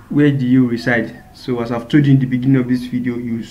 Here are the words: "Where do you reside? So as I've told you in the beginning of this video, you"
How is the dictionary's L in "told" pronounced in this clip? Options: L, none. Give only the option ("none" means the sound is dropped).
none